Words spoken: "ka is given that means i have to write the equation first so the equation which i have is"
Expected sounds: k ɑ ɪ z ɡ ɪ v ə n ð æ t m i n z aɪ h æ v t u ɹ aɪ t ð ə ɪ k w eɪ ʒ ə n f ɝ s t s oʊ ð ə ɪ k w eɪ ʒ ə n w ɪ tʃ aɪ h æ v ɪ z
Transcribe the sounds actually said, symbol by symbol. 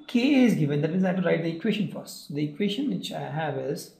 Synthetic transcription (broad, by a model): k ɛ ɪ z ɡ ɪ v ə n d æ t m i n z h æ t u ɹ aɪ t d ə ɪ k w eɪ ʃ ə n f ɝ t s oʊ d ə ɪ k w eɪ ʃ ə n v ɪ tʃ aɪ h æ v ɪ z